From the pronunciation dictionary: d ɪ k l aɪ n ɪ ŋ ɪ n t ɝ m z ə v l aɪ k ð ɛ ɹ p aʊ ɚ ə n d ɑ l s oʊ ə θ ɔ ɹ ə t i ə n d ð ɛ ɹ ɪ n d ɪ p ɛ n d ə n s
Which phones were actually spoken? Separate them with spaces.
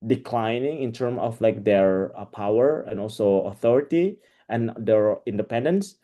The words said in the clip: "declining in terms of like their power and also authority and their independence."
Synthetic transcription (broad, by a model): d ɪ k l aɪ n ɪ ŋ ɪ n t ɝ m ə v l aɪ k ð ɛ ɹ p aʊ ɚ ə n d ɑ l s oʊ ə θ ɔ ɹ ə t i ə n d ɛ ɹ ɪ n d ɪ p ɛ n d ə n s